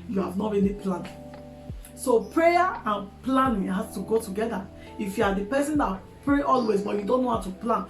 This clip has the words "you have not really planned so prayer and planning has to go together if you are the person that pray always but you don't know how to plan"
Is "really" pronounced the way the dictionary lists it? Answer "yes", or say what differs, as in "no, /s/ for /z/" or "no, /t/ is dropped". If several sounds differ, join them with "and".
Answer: no, /n/ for /l/